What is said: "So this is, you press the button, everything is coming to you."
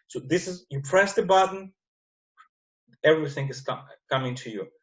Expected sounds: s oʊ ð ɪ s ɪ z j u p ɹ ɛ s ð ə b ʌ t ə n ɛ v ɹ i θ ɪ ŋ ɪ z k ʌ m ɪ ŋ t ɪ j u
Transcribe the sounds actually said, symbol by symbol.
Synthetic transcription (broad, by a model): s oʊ ð ɪ s ɪ z j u p ɹ ɛ s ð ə b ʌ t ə n ɛ v ɹ i θ ɪ ŋ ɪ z k ʌ m ɪ ŋ t ɪ j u